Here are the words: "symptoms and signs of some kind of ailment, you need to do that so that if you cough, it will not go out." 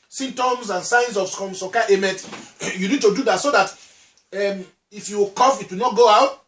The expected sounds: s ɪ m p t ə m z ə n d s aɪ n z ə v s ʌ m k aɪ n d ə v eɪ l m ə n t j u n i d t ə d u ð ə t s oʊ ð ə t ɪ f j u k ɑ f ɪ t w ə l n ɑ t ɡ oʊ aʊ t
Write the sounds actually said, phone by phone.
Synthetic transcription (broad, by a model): s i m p t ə m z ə n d s aɪ n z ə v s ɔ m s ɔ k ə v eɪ m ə t j u n i d t ə d u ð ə t s oʊ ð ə t ɪ f j u k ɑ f ɪ t w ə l n ɑ t ɡ oʊ aʊ t